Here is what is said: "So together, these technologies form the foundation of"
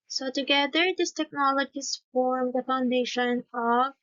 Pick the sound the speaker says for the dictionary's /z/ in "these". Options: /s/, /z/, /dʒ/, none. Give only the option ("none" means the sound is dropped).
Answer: /s/